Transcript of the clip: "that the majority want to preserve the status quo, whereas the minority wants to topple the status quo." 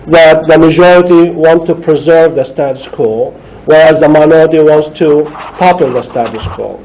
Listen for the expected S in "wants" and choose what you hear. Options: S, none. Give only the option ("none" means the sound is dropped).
S